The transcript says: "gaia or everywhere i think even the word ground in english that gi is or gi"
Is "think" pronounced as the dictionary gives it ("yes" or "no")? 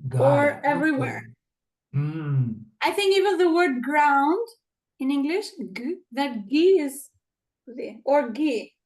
yes